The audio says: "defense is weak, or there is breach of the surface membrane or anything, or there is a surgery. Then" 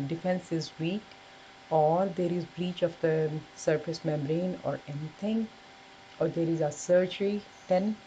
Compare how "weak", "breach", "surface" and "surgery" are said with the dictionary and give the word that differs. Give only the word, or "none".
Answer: surface